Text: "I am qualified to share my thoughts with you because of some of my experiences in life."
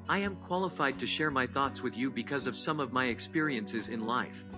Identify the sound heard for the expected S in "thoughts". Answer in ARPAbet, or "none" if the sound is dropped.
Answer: S